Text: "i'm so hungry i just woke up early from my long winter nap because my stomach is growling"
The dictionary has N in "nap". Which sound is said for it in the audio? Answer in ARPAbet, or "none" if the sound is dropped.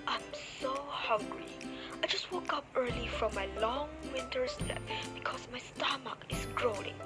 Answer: L